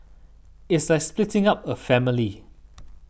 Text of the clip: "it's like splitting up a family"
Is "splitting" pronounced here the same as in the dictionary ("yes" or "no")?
yes